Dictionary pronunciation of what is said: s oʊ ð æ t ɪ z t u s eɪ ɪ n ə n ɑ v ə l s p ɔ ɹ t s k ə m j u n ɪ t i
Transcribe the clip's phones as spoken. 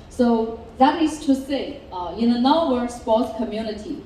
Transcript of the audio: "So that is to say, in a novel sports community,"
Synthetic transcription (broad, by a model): s oʊ ð æ t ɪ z t u s eɪ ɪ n ə n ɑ w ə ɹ s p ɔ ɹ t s k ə m j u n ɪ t i